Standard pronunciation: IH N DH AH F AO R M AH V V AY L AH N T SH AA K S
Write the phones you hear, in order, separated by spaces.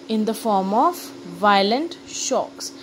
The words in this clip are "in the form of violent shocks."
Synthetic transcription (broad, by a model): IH N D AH F AO R M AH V V AY L AH N T SH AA K S